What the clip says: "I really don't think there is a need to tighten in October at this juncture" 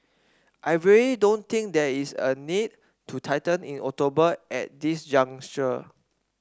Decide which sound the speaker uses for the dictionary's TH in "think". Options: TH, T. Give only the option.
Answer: T